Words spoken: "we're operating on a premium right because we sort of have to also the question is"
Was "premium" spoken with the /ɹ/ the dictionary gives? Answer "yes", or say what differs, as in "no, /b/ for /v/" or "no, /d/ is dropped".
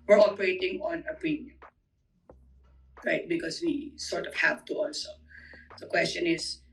no, /ɹ/ is dropped